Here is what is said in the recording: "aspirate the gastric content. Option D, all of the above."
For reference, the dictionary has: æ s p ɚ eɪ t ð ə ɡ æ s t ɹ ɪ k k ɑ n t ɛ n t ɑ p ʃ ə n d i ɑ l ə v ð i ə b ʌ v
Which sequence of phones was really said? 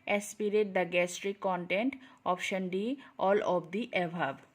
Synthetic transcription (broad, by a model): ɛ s p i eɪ t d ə ɡ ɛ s t ɹ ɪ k k ɑ n t ɛ n t ɑ p ʃ ə n d i ɑ l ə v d i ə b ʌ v